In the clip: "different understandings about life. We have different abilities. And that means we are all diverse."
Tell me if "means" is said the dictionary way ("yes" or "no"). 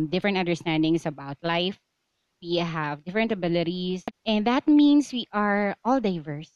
no